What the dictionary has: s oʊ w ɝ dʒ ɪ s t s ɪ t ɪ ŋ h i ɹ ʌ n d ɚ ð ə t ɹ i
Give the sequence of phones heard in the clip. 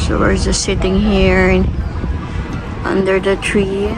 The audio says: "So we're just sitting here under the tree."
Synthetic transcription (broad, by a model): s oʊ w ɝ z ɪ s s ɪ t ɪ ŋ h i ɹ ʌ n d ɚ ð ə t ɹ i